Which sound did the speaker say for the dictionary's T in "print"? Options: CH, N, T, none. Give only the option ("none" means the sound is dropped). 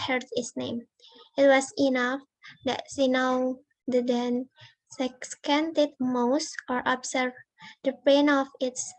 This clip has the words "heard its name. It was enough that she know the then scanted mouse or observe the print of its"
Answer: none